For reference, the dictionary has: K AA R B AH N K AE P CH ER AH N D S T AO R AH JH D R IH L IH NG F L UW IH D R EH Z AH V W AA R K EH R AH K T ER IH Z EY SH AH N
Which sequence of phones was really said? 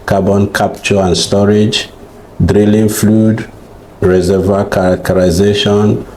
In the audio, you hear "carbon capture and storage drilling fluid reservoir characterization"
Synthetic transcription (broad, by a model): K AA B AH N K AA P CH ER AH N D S T AO R AH JH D R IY L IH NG F L UW D R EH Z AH V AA K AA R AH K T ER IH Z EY SH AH N